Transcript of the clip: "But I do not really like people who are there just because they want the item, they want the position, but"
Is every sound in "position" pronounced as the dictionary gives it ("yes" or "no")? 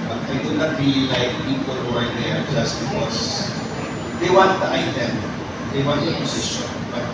no